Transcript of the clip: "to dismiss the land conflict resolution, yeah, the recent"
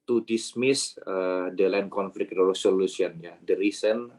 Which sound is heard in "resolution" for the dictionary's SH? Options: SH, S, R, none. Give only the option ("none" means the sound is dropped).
S